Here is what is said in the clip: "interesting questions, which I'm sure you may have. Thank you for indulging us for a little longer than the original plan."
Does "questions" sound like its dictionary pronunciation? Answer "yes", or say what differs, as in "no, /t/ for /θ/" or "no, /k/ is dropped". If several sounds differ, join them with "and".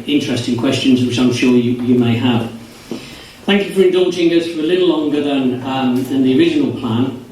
yes